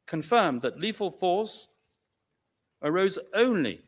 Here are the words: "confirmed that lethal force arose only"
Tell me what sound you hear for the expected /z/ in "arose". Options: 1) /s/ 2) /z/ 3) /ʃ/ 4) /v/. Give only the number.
2